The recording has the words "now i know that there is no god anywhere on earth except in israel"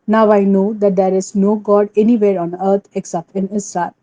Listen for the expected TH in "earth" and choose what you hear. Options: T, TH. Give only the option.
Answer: T